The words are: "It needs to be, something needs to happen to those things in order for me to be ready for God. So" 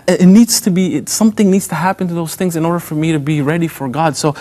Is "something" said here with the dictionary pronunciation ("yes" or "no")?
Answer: yes